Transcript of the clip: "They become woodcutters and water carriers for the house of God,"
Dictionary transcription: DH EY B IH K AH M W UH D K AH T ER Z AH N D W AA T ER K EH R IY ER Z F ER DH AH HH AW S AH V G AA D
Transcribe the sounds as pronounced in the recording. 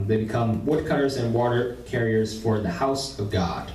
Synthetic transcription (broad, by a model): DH EY B IH K AH M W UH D K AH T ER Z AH N W AA T ER K EH R IY ER Z F ER DH AH HH AW S AH V G AA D